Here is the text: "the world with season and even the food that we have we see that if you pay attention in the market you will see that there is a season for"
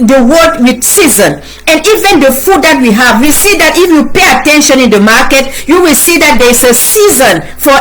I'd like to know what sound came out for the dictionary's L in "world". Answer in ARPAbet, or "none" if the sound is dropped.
none